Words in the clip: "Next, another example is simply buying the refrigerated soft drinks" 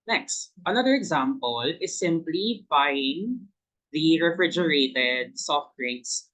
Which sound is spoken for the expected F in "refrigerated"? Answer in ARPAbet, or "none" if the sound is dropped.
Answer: F